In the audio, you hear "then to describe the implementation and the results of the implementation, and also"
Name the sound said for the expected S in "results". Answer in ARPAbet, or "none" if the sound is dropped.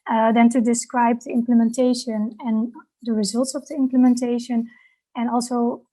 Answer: S